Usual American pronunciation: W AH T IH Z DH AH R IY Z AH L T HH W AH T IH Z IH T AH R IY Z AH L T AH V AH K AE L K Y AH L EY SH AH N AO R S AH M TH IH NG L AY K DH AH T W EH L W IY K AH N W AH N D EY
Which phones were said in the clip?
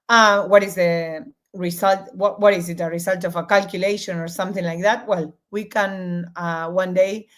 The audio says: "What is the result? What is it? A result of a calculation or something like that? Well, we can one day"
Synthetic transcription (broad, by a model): W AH T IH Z DH AH R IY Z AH L T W W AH T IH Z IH T AH R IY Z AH L T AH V AH K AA L K Y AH L EY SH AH N AO R S AH M TH IH NG L AY K DH AH T W EH L W IY K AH N W AH N D EY